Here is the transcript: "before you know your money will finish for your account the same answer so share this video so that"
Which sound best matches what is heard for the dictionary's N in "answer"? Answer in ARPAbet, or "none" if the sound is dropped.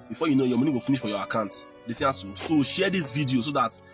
none